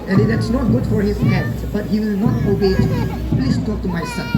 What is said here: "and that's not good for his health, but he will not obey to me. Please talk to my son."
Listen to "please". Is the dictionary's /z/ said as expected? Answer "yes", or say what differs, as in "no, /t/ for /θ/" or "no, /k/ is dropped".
no, /s/ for /z/